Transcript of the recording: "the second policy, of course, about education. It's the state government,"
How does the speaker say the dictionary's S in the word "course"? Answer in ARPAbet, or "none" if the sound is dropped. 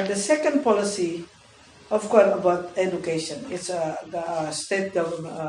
none